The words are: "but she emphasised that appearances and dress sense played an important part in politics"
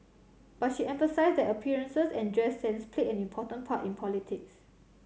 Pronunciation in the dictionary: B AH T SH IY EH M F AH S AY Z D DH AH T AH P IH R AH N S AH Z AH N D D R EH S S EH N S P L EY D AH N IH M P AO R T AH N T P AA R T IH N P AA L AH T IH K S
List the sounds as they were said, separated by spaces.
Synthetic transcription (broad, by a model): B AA T SH IY EH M F AH S AY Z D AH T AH P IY R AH N S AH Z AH N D D R EH S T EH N S P L EY AH N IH M P AO T AH N P AA T IH N P AA L AH T IH K S